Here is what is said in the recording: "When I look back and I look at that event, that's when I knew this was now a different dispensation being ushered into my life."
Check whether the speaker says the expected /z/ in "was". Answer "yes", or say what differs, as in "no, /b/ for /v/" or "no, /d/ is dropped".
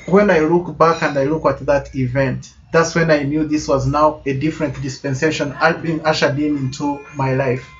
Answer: yes